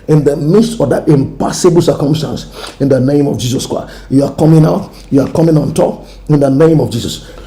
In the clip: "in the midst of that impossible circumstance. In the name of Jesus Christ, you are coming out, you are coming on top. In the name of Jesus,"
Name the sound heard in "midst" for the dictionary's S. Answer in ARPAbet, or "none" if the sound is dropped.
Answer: S